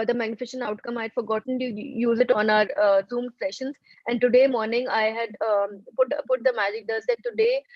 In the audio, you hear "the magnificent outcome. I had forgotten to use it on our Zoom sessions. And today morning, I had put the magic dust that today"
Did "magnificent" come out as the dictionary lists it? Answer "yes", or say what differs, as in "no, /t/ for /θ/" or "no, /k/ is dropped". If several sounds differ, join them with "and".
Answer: no, /ʃ/ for /s/